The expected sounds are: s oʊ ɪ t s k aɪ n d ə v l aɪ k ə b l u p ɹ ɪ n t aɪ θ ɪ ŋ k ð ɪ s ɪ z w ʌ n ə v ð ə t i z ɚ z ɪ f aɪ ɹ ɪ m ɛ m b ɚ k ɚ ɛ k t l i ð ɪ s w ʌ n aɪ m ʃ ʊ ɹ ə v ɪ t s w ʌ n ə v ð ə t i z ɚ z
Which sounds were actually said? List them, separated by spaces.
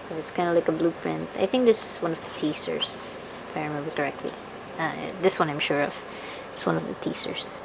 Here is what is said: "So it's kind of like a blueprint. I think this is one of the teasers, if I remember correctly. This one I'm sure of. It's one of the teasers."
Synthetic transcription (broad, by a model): s oʊ ɪ t s k aɪ n d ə l aɪ k ə b l u p ɹ ɪ n t aɪ θ ɪ ŋ k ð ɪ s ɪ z w ʌ n ə v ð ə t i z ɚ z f aɪ ɹ ɪ m ɛ m b ɚ k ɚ ɛ k t l i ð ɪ s w ʌ n aɪ m ʃ ʊ ɹ ə v ɪ t s w ʌ n ə v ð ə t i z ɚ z